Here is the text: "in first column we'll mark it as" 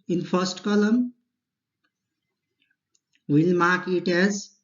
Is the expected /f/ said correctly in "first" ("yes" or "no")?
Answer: no